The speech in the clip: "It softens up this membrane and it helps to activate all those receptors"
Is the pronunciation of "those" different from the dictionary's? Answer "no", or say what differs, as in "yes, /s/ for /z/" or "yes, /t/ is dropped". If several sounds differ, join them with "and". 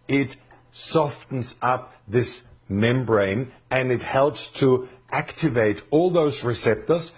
no